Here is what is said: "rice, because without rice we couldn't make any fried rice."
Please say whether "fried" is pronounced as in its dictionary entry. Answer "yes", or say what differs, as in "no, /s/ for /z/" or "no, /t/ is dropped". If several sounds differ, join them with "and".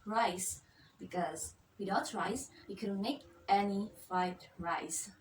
no, /ɹ/ is dropped